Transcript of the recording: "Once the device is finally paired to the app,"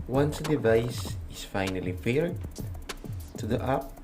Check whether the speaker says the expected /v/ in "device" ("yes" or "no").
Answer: yes